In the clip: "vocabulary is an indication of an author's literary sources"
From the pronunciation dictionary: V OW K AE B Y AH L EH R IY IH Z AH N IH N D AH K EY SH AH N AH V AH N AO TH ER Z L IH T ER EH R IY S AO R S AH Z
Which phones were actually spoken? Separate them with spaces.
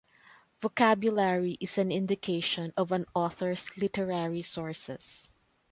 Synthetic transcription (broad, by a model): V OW K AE B Y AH L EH R IY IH S AH N IH N D AH K EY SH AH N AH V AH N AO TH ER S L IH T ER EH R IY S AO R S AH S